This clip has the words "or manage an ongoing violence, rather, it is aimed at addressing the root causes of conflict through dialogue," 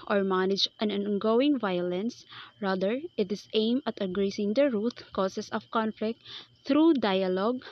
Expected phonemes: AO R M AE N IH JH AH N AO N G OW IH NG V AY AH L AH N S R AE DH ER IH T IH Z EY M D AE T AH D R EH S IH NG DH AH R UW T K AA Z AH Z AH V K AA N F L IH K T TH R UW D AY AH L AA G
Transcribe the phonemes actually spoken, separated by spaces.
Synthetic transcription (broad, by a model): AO R M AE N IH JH AH N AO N G OW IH NG V AY AH L AH N S R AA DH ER IH T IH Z EY M AH T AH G R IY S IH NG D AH R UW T K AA S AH S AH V K AA N F L IH K T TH R UW D AY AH L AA G